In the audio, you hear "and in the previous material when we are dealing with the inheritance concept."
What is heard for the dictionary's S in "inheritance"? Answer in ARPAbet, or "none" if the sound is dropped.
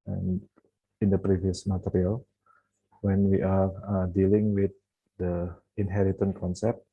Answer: none